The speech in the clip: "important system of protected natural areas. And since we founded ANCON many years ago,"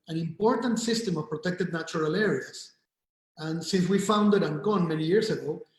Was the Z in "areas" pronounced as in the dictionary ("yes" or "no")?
no